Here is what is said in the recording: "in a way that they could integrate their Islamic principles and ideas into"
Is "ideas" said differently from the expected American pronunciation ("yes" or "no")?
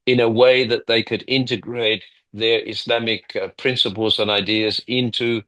no